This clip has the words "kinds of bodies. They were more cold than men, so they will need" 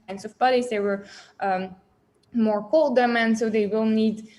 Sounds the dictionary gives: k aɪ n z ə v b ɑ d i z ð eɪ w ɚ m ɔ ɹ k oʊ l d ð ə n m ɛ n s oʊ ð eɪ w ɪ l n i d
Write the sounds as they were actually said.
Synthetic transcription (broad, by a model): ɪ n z ə v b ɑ d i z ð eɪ w ɚ m ɔ ɹ k oʊ l d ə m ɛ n s oʊ ð eɪ w ɪ l n i d